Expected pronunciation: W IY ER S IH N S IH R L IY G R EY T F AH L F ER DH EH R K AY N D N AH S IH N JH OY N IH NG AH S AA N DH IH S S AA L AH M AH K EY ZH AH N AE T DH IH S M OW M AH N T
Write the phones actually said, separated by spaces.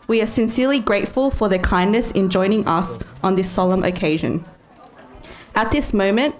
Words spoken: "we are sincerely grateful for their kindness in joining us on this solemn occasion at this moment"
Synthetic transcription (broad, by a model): W IY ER S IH N S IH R L IY G R EY T F AH L F ER DH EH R K AY N N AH S IH N JH OY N IH NG AH S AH N DH IH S S AA L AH M AH K EY ZH AH N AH T DH IH S M OW M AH N T